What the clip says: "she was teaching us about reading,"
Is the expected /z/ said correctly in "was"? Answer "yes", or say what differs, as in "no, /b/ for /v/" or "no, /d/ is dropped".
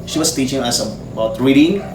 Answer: no, /s/ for /z/